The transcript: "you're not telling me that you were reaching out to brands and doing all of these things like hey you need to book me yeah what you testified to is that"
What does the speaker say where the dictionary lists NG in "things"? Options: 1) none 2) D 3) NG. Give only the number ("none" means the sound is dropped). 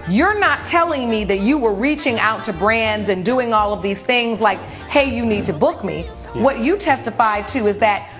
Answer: 3